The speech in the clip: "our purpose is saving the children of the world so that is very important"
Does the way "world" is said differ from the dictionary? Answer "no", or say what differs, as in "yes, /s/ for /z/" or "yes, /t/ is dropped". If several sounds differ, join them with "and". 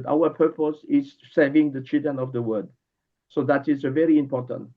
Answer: yes, /l/ is dropped